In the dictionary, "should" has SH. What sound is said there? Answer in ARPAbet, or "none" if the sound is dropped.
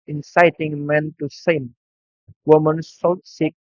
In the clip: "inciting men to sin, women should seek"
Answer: S